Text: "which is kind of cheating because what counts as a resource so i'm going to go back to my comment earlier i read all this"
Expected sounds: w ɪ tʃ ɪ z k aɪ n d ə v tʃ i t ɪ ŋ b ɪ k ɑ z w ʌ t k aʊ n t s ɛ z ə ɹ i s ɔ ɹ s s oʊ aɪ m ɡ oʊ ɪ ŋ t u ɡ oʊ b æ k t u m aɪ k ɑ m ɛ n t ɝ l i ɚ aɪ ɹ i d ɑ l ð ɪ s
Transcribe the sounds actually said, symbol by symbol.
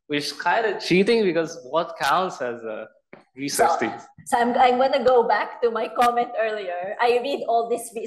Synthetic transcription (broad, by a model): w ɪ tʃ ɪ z k aɪ n d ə tʃ i t ɪ ŋ b ɪ k ɑ z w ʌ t k aʊ n t s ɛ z ə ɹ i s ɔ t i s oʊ aɪ m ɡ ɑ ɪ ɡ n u ɡ oʊ b æ k t u m aɪ k ɑ m ɛ n t ɝ l i ɚ aɪ ɹ i d ɑ l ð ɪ s